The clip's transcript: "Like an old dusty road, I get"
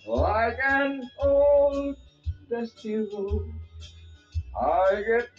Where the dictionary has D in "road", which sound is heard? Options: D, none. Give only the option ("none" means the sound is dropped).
none